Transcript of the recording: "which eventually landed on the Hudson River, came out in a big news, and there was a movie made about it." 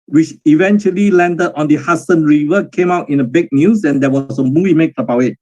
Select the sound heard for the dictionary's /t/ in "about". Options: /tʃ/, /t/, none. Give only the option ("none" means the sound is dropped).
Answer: none